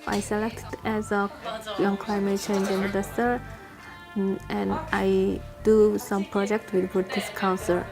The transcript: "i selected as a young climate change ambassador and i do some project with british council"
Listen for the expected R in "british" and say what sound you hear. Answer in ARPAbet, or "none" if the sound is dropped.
none